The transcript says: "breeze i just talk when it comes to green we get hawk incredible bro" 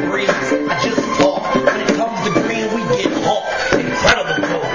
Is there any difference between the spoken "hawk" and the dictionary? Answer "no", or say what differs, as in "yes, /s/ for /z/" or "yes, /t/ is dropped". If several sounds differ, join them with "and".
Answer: yes, /k/ is dropped